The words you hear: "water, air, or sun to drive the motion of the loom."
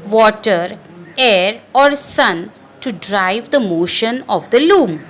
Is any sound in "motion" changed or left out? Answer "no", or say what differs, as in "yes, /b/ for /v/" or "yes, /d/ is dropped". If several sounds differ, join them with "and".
no